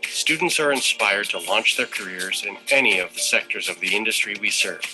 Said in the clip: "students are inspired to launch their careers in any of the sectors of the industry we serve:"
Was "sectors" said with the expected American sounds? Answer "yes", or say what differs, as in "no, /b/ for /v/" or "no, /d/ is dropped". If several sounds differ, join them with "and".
yes